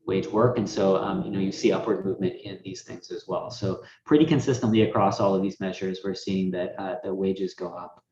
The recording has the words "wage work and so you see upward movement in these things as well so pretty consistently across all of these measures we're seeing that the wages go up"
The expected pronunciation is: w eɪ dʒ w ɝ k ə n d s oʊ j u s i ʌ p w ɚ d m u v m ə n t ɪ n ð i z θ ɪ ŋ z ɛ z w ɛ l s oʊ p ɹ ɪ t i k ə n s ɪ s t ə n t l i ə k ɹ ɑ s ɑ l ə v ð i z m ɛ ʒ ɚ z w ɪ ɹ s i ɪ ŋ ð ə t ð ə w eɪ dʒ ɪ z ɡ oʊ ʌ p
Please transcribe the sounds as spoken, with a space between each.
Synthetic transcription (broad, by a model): w eɪ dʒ w ɝ k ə n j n oʊ j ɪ s i ʌ p w ɚ d m u v m ə n t ɪ n ð i z θ ɪ ŋ z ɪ z w ɛ l s oʊ p ɹ ɪ t i k ə n s ɪ s t ə n t l i ə k ɹ ɑ s ɑ l ə v ð i z m ɛ ʒ ɚ z w ɪ ɹ s i ɪ ŋ ð ə t ð ə w eɪ dʒ ɪ z ɡ oʊ ʌ p